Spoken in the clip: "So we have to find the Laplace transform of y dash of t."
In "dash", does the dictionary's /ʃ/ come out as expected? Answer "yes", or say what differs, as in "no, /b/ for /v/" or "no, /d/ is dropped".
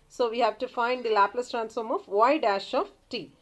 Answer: yes